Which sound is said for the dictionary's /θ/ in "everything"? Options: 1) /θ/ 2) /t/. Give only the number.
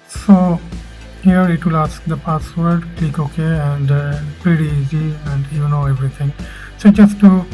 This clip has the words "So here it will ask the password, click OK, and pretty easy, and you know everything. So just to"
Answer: 2